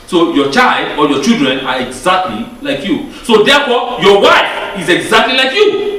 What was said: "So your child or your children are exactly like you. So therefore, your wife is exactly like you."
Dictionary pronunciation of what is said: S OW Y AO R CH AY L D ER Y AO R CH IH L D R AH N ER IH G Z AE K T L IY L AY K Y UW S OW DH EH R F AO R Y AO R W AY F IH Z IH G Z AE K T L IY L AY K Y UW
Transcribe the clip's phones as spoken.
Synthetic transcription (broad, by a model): S OW Y AO CH AY L D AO Y AO CH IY L D R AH N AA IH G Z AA K T L IY L AY K Y UW S OW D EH F AO Y AO W AY F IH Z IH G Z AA K T L IY L AY K Y UW